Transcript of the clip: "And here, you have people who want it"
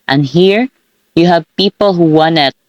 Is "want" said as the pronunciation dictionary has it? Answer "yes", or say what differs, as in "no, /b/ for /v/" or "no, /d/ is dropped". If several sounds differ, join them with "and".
no, /t/ is dropped